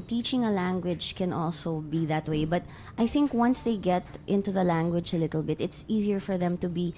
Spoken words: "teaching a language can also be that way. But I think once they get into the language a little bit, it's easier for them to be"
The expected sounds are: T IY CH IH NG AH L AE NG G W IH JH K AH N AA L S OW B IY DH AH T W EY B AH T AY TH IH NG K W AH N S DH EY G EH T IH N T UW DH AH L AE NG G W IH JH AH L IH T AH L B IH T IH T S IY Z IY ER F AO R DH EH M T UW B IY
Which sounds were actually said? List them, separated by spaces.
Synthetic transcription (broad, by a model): T IY CH IH NG AH L AE NG G W IH JH K AH N AA L S OW B IY DH AH T W EY B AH T AY TH IH NG K W AH N S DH EY G EH T IH N T UW DH AH L AE NG G W IH JH AH L IH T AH L B IH T IH T S IY Z IY ER F AO R DH EH M T UW B IY